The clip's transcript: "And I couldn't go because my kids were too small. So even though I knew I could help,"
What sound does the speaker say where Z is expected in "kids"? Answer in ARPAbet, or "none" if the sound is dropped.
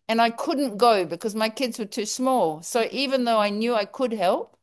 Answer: Z